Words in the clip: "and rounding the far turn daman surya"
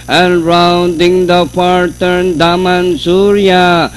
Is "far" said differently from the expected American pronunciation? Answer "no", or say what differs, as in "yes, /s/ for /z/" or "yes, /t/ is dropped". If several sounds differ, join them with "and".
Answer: yes, /p/ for /f/